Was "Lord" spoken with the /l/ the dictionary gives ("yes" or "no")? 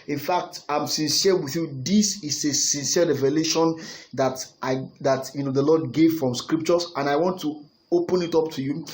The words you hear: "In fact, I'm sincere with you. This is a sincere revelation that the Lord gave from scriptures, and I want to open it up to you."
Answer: no